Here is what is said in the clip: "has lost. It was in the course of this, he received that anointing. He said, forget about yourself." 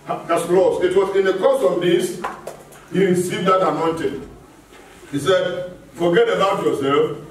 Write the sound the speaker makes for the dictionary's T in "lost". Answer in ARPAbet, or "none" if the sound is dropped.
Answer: none